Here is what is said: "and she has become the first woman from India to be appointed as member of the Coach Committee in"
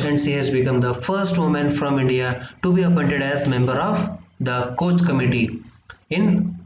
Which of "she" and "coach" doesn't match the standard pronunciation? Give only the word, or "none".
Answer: she